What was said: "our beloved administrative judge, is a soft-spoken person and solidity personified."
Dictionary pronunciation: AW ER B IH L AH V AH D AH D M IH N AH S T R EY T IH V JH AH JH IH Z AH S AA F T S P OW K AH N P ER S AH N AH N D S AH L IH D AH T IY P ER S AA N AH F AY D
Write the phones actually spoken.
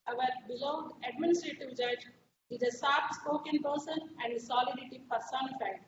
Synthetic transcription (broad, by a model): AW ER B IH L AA AH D AH D M IH N AH S T R EY T IH V JH AH JH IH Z AH S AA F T S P OW K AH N P ER S AH N AH N D S AH L IH D AH T IY P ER S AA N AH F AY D